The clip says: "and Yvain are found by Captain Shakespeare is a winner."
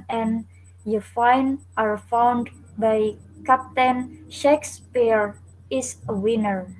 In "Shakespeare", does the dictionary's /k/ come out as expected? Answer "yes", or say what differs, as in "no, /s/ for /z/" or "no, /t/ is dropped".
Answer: yes